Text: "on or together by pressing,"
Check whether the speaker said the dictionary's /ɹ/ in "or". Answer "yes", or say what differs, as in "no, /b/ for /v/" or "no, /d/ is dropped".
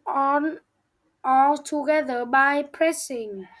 no, /l/ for /ɹ/